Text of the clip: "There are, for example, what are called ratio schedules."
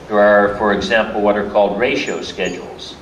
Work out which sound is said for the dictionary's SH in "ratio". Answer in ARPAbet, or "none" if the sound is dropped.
SH